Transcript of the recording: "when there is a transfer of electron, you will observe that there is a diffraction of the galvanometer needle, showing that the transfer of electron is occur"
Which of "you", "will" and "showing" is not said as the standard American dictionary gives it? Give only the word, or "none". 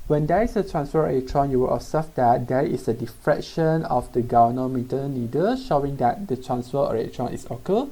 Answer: none